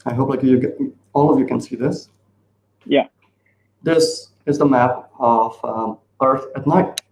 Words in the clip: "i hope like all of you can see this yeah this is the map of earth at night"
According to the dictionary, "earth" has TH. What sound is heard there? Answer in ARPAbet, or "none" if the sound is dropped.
TH